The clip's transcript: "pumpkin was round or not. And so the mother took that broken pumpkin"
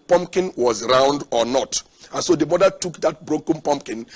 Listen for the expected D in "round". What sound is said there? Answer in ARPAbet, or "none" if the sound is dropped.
D